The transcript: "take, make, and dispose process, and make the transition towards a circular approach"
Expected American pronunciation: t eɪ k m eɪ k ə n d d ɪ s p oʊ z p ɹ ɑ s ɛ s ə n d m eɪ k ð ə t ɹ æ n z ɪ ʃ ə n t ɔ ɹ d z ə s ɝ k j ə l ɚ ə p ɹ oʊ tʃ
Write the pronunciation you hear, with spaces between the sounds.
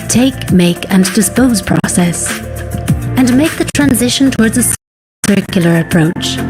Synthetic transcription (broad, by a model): t eɪ k m eɪ k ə n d d ɪ s p oʊ z p ɹ ɑ s ɛ s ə n m eɪ k ð ə t ɹ æ n z ɪ ʃ ə n t ɔ ɹ d z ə s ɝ k j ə l ɚ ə p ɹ oʊ tʃ